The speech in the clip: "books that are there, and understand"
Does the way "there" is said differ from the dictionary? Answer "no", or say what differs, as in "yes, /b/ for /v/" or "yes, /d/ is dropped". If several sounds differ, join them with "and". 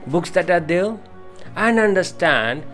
yes, /l/ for /ɹ/